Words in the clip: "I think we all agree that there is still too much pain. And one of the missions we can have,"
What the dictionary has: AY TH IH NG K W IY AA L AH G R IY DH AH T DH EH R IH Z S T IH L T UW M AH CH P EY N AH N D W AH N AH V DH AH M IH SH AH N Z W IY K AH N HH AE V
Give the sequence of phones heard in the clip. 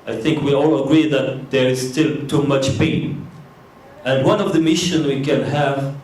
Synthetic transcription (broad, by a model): AY TH IH NG K W IY AA L AH G R IY DH AH T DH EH R IH Z S T IH L T UW M AH CH P EY N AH N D W AH N AH V DH AH M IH SH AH N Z W IY K AH N HH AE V